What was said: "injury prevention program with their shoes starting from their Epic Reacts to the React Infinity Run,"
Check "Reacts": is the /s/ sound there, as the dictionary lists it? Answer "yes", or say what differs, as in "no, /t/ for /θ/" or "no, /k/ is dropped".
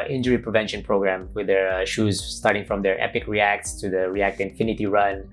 yes